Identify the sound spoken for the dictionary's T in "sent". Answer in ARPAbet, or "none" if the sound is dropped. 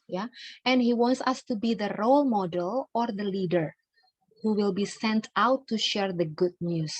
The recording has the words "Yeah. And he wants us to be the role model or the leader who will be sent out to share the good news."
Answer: T